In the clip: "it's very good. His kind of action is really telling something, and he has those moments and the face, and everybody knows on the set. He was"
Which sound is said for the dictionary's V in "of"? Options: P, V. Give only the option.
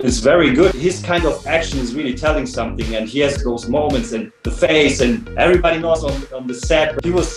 V